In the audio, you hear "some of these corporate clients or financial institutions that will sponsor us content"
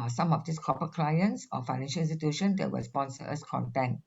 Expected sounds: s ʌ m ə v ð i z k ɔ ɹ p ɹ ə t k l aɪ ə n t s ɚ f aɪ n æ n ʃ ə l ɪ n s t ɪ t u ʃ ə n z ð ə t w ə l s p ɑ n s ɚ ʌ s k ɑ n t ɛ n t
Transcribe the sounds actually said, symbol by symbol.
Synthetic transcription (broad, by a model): s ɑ m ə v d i s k ɔ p ə k l aɪ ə n s s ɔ f aɪ n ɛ n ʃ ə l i s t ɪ t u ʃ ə n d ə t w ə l s p ɑ n s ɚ ʌ s k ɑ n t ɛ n